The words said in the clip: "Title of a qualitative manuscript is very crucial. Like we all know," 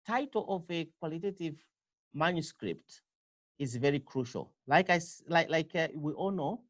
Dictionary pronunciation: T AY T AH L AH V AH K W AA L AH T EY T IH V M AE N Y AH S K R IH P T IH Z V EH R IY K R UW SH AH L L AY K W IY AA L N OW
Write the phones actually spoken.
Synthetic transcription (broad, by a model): T AY T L AH V AH K W AA L AH T EY T IH V M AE N Y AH S K R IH P T IH Z V EH R IY K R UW SH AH L L AY K W IY AA L N OW